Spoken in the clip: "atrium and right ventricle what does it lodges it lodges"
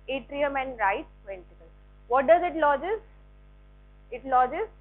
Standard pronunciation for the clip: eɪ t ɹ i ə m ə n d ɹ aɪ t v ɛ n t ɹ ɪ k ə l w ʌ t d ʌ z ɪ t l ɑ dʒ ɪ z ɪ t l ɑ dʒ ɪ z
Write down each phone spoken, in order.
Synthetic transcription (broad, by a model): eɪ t ɹ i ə m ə n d ɹ aɪ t p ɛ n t ɪ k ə l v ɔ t d ʌ z ɪ t l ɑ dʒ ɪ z ɪ t l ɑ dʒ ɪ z